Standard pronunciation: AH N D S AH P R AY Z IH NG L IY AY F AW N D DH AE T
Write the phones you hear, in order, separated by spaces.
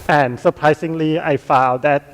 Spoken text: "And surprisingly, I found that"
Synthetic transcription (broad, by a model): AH N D S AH P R AY S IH NG L IY AY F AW L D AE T